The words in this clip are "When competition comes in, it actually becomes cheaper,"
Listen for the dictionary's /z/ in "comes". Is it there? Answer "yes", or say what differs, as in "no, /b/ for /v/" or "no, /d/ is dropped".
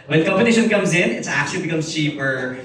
yes